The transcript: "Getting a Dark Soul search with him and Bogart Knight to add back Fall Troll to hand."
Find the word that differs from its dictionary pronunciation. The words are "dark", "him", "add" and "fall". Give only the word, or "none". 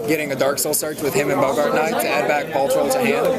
fall